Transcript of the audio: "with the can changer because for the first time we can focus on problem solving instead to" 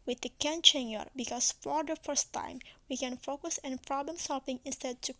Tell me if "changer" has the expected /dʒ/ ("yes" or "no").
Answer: no